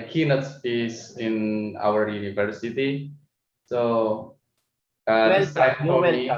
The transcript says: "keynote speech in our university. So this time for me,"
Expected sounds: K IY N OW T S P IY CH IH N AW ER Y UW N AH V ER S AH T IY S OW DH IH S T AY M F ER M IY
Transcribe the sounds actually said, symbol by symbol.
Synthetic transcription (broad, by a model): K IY N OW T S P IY S IH N AW ER Y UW N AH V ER S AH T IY S OW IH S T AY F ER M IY